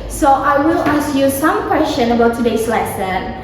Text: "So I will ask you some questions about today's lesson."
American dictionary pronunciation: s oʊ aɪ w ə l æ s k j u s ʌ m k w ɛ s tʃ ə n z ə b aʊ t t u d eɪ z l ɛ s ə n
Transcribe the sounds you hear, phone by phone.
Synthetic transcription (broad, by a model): s oʊ aɪ w ə l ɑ s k j u s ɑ m k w ɛ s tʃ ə n ə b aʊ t t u d eɪ s l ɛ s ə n